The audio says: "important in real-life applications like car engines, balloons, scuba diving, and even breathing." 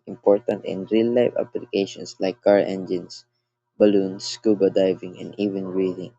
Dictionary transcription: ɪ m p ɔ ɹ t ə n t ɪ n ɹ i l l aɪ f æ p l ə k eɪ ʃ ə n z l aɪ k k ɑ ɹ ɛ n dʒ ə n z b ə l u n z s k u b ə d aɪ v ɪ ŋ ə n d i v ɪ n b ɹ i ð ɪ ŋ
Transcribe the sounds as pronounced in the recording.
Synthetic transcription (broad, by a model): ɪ m p ɔ ɹ t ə n t ɪ n ɹ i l l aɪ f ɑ p l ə k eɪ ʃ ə n s l aɪ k k ɑ ɹ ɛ n dʒ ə n s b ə l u n s k u b ə d aɪ v ɪ ŋ ə n d i v ɪ n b ɹ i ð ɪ ŋ